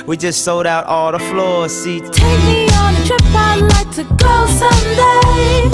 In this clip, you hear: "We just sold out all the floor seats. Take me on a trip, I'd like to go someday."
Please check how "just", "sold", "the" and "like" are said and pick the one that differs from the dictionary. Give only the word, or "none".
none